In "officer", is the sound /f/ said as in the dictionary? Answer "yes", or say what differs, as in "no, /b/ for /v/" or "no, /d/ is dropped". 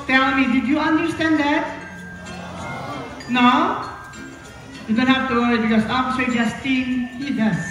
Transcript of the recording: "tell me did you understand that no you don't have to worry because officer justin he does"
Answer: no, /p/ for /f/